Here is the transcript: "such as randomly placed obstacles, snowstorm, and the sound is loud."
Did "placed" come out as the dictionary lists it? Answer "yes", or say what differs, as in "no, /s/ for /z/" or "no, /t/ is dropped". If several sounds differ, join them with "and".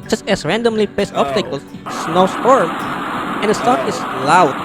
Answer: no, /l/ is dropped